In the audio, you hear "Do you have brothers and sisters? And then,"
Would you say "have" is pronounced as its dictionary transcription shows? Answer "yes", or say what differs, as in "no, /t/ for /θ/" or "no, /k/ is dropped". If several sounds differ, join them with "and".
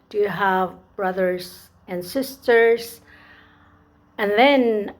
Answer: yes